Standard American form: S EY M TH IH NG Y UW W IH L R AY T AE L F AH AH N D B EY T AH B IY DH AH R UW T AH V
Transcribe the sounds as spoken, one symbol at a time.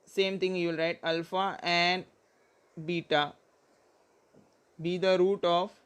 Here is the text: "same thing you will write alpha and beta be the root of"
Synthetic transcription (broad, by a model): S EY M T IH NG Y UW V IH L R AY T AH L F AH AH N D B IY T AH B IY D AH R UW T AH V